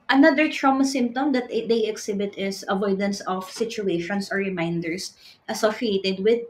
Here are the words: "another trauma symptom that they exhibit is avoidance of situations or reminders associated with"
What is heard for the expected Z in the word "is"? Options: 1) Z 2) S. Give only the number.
2